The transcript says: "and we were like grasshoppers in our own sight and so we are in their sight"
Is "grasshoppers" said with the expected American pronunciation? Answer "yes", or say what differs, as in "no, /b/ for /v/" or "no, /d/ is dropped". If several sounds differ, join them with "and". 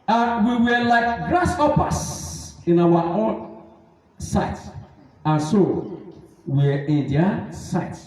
no, /s/ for /z/